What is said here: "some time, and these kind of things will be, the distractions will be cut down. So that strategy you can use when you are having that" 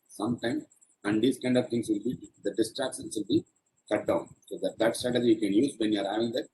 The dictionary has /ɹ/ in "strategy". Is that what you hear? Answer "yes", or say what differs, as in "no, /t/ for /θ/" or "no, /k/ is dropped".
no, /ɹ/ is dropped